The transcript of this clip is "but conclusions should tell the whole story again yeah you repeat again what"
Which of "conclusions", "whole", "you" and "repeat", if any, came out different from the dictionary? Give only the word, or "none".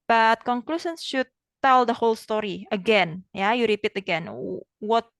conclusions